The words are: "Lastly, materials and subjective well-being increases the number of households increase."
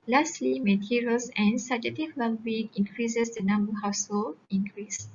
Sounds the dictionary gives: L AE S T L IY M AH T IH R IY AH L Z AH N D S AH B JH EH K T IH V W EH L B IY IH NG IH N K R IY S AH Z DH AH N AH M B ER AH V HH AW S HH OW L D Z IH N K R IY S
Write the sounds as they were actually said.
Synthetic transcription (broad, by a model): L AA S T L IY M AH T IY R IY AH L S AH N S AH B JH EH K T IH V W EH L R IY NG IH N K R IY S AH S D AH N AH M B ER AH HH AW S HH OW L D IH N K R IY S